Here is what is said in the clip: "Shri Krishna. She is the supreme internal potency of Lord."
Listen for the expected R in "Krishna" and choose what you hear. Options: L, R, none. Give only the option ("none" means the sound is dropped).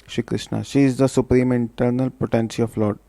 R